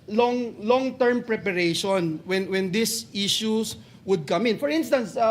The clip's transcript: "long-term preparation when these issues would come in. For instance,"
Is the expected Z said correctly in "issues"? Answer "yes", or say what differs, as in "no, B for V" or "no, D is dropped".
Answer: no, S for Z